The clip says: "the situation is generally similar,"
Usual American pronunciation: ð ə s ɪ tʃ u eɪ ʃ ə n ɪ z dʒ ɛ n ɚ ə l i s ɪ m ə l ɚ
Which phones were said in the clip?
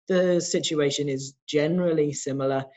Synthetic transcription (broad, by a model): ð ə s ɪ tʃ u eɪ ʃ ə n ɪ z dʒ ɛ n ɚ ə l i s ɪ m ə l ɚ